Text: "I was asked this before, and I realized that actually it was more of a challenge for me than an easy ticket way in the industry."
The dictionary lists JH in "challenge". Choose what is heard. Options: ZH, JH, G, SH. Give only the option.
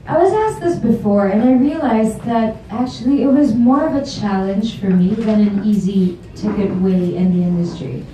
ZH